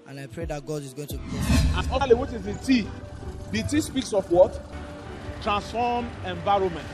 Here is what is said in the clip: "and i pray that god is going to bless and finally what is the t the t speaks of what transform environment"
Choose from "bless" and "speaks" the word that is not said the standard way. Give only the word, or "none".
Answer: bless